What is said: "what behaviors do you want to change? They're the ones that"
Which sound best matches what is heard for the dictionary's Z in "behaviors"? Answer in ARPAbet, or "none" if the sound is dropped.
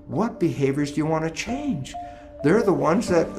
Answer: Z